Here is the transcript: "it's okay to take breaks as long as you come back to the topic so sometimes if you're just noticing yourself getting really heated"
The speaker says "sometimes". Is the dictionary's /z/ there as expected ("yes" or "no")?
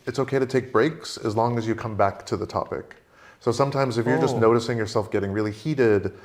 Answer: yes